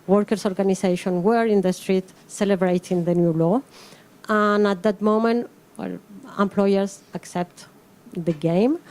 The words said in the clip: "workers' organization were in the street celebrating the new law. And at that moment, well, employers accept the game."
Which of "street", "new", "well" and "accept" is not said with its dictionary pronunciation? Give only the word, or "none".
none